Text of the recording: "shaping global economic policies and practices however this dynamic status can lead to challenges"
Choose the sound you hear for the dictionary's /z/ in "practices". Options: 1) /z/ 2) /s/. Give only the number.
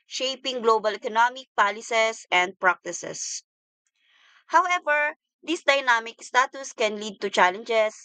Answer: 2